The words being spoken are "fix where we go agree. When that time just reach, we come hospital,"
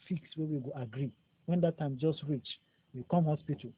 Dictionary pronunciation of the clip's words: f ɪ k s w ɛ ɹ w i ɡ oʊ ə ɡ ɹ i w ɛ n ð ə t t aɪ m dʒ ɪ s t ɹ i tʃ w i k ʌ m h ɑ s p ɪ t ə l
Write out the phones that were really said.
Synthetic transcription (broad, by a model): f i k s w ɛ w i ɡ oʊ ə ɡ ɹ i w ɛ n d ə t t aɪ m dʒ ɪ s t ɹ i tʃ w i k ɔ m h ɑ s p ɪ t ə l